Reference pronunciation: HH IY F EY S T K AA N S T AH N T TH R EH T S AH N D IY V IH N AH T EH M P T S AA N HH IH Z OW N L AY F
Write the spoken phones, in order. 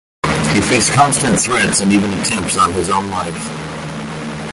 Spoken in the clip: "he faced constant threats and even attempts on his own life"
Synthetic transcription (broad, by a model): HH IY F EY S K AA N S T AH N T TH R EH T S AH N IY V IH N AH T EH M P T S N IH Z OW N L AY F